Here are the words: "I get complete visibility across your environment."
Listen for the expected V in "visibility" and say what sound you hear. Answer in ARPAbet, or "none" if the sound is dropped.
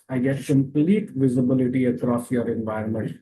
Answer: V